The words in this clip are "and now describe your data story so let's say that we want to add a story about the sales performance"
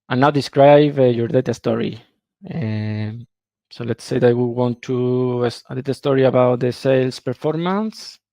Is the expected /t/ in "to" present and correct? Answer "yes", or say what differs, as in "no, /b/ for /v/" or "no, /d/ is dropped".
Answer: no, /s/ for /t/